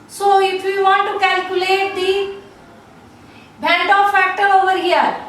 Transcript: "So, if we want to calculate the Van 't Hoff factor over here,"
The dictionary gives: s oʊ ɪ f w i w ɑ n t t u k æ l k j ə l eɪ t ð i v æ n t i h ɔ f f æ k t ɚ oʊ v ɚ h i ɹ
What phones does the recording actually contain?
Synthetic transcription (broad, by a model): s oʊ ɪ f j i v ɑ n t t u k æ l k j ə l eɪ t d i b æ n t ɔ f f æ k t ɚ oʊ v ɚ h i ɹ